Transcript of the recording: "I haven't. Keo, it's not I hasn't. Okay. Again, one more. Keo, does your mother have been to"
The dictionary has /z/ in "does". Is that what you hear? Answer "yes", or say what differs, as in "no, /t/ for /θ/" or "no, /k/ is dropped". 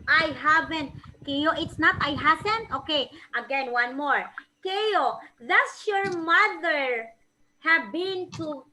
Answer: no, /s/ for /z/